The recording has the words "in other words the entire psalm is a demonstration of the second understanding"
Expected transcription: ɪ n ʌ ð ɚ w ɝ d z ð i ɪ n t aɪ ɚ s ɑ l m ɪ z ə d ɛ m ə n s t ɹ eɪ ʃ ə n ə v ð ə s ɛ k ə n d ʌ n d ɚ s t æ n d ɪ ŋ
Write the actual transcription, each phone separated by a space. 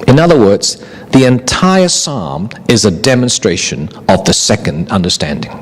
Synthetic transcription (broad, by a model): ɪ n ʌ ð ɚ w ɝ d z ð i ɪ n t aɪ ɚ s ɑ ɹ m ɪ z ə d ɛ m ə n s t ɹ eɪ ʃ ə n ə v ð ə s ɛ k ə n d ʌ n d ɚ s t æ n d ɪ ŋ